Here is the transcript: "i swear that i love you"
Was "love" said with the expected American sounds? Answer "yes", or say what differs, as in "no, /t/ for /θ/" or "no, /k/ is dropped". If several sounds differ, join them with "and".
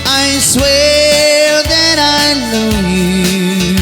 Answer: no, /n/ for /l/